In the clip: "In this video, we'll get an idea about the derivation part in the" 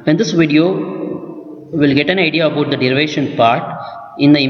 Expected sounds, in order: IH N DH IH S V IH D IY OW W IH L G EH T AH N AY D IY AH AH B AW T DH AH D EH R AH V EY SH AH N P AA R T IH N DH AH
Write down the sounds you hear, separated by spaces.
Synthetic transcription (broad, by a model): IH N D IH S V IH D IY OW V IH L G EH T AH N AY D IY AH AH UH T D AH D EH R AH V EY SH AH N P AA R T IH N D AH